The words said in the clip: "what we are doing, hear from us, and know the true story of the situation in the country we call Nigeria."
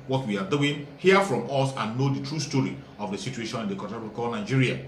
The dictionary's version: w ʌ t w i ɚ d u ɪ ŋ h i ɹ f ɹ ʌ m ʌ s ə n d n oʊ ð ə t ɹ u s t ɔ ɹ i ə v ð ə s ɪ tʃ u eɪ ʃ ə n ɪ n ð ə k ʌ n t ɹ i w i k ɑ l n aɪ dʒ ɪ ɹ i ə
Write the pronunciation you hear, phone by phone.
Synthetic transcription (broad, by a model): w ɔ t w i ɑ d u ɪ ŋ h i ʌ f ɹ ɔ m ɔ s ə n n oʊ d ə t ɹ u s t ɔ ɹ i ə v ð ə s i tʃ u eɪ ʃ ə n ɪ n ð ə k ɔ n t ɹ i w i k ɑ l n aɪ dʒ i ɹ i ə